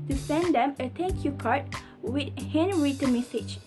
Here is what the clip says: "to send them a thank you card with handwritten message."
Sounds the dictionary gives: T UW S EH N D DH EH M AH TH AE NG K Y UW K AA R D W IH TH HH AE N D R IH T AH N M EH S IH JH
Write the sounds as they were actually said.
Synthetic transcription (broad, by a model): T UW S EH N D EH M AH T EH K Y UW K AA R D W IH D HH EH N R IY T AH M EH S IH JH